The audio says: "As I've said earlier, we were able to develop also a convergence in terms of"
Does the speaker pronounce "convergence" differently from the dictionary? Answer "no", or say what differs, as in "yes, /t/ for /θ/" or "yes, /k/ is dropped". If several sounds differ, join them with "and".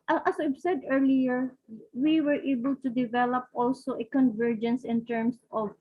no